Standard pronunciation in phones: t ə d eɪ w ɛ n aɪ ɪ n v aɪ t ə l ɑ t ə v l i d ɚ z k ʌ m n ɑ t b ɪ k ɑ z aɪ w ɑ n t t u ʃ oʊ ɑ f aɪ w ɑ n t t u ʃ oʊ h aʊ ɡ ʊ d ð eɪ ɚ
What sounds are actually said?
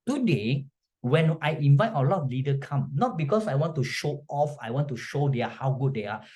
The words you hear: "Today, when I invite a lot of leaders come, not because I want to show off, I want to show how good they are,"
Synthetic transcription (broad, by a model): t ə d eɪ w ɛ n aɪ ɪ n v aɪ t ə l ɑ t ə f l i d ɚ k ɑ m n ɑ t b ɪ k ɑ s aɪ w ɑ n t t u ʃ oʊ ɑ f aɪ w ɑ n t t u ʃ oʊ h aʊ ɡ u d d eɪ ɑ